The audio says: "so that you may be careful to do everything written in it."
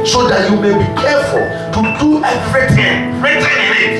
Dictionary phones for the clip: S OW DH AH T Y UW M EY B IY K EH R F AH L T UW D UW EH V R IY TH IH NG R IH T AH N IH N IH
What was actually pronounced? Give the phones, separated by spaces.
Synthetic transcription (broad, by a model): S OW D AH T Y UW M EY B IY K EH F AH L T UW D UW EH F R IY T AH IH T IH